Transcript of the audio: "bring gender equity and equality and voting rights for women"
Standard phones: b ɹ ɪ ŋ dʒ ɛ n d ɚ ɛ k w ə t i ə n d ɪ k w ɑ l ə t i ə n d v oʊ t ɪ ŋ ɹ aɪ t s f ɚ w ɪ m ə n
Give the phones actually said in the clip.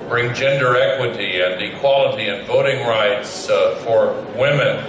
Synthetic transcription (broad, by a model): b ɹ ɪ ŋ dʒ ɛ n d ɚ ɛ k w ə t i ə n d ɪ k w ɑ l ə t i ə n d v oʊ t ɪ ŋ ɹ aɪ t s f ɚ w ɪ m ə n